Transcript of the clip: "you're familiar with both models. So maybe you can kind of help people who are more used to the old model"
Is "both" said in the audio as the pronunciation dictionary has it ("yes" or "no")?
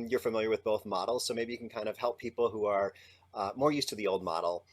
yes